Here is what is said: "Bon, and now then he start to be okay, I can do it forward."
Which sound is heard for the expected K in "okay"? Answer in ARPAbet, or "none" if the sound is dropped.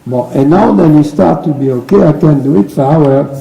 K